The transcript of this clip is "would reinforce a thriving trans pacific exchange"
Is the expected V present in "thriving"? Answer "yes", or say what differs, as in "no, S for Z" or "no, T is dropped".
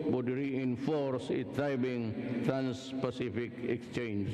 no, B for V